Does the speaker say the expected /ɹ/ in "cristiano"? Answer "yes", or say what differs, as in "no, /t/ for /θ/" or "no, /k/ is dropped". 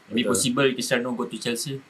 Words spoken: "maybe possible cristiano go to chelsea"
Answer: no, /ɹ/ is dropped